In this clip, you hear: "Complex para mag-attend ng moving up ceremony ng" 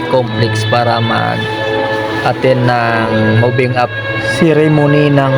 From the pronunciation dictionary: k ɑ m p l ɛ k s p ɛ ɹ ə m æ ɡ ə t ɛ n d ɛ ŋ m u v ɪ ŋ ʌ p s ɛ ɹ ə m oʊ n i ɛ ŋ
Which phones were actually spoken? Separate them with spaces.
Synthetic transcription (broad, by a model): k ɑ m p l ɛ k s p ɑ ɹ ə m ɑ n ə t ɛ n ɑ ŋ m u b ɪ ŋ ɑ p s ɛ ɹ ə m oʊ n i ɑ ŋ